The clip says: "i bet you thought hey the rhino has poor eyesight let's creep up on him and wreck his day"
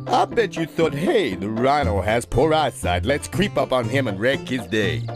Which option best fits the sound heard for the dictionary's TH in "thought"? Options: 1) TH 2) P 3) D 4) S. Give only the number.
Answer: 1